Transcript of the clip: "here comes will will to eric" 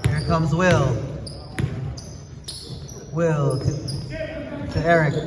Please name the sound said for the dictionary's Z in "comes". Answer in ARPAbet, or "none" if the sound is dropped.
Z